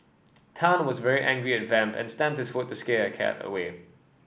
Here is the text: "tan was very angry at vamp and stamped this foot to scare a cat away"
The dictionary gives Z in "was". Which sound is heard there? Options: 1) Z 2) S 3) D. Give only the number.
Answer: 1